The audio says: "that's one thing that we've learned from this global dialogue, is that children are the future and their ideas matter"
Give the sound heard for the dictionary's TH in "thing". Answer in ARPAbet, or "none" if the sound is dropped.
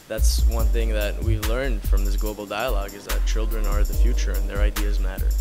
TH